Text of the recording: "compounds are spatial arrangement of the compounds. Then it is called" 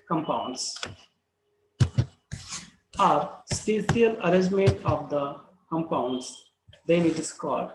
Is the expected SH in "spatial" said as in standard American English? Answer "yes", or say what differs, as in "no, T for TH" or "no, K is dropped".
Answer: no, S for SH